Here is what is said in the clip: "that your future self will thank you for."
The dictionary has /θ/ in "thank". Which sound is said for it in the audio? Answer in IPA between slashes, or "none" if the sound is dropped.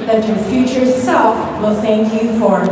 /θ/